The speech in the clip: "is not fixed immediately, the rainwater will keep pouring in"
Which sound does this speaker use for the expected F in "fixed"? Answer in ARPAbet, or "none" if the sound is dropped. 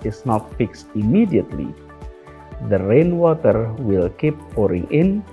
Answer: F